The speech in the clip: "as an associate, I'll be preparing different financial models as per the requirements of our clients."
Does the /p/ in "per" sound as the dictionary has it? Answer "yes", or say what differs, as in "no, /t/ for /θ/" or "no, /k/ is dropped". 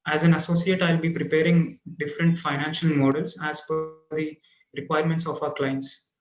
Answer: no, /f/ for /p/